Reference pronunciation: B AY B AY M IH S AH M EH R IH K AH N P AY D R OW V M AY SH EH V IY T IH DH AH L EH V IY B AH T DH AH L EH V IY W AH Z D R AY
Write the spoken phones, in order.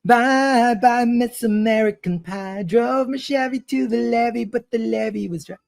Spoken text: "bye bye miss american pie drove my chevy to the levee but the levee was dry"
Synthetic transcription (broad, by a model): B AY B AY M IH S AH M EH R IH K AH N P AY D R OW V M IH SH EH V IY T IH DH AH L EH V IY B AH T DH AH L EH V IY W AH Z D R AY